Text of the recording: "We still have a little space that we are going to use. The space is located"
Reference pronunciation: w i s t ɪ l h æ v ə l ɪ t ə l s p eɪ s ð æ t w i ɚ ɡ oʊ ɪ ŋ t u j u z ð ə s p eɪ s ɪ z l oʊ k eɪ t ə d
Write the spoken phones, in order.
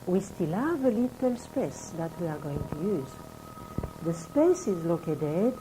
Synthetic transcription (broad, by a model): w i s t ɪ l h æ v ə l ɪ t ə l s p eɪ s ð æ t w i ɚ ɡ oʊ ɪ ŋ t u j u z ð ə s p eɪ s ɪ z l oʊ k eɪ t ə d